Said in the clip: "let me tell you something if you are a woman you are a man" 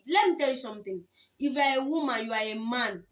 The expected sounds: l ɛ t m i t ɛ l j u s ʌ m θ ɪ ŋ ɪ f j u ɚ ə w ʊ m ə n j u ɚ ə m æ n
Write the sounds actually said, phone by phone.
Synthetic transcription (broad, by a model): l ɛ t m i t ɛ l j u s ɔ m t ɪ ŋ ɪ f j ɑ ə w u m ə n j u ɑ ə m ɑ n